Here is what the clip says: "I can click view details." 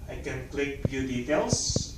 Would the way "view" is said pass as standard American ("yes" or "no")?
no